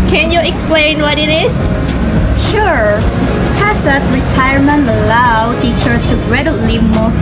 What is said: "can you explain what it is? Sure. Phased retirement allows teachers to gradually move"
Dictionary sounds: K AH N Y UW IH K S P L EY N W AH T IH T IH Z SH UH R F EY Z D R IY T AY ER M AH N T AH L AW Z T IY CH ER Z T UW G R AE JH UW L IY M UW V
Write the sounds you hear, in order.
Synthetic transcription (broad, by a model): K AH N Y UW IH K S P L EY N W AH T IH T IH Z SH UH R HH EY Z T R IY T AY ER M AH N T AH L AW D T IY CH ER T UW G R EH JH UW L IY M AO